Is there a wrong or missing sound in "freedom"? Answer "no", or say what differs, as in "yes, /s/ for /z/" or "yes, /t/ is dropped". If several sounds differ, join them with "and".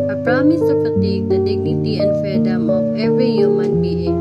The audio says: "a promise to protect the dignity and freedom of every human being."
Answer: yes, /ɹ/ is dropped